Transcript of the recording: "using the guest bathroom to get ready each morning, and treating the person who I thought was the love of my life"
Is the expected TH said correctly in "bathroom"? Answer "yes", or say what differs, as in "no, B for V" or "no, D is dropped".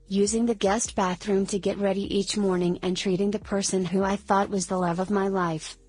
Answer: yes